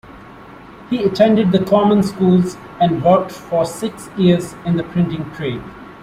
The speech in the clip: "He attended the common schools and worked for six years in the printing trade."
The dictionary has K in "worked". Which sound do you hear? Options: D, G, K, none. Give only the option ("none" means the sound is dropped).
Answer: none